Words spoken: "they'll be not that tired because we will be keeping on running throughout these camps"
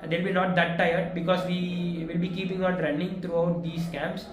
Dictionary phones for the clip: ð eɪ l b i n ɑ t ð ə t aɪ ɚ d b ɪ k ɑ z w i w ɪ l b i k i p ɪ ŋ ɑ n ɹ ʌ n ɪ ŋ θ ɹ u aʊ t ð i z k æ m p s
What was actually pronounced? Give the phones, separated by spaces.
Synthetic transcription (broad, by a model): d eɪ l b i n ɑ t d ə t aɪ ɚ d b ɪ k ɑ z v i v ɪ l b i k i p ɪ ŋ ɑ n ɹ ʌ n ɪ ŋ t ɹ u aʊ t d i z k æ m p s